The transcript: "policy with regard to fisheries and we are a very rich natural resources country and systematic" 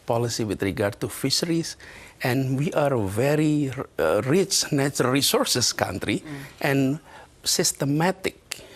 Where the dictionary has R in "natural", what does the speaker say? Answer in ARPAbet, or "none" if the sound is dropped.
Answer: none